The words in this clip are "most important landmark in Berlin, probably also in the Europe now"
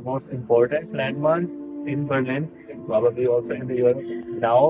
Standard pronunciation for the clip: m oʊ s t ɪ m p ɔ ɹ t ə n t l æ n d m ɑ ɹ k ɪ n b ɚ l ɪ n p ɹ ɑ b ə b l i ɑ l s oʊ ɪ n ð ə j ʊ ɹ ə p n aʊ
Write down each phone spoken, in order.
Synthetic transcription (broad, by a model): m oʊ s t ɪ m p ɔ ɹ t ə n t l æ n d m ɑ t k ɪ n b ɚ l ɪ n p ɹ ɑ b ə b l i ɑ l s oʊ ɪ n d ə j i ə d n aʊ